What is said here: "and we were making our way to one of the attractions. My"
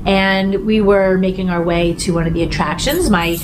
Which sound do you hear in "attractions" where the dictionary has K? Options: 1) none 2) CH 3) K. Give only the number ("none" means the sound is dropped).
3